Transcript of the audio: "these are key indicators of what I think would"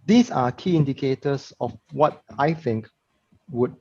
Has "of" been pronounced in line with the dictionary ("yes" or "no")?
no